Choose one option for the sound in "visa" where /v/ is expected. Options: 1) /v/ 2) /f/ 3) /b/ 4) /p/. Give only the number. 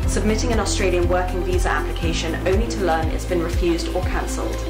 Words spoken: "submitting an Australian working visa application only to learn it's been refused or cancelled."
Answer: 1